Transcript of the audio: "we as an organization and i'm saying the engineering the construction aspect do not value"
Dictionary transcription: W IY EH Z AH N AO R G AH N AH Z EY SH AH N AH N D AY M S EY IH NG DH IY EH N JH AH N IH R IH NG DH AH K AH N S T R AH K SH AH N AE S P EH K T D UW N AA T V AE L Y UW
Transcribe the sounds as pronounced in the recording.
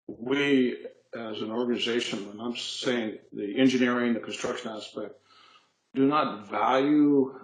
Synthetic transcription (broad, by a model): W IY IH Z AH N AO R G AH N AH Z EY SH AH N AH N AY M S EY IH NG DH IY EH N JH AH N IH R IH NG DH AH K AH N S T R AH K SH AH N AE S P EH K T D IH N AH T V AE L Y UW